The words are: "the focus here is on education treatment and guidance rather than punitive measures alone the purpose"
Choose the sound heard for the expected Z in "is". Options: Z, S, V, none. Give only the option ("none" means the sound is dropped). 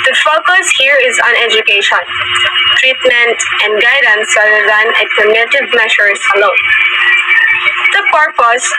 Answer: Z